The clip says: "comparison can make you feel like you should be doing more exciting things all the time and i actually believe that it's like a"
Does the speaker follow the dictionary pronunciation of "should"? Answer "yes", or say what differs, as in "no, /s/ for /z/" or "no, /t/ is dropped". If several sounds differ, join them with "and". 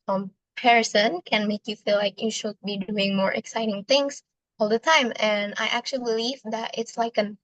yes